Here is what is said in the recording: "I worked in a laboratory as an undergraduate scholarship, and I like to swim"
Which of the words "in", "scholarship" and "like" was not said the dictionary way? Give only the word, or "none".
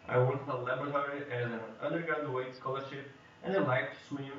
in